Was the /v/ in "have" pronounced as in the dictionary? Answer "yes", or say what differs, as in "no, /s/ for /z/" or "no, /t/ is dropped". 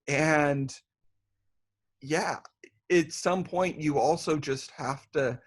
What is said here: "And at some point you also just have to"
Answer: no, /f/ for /v/